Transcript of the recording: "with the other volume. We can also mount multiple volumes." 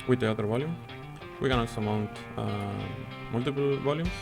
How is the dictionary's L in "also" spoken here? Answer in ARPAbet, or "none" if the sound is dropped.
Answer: none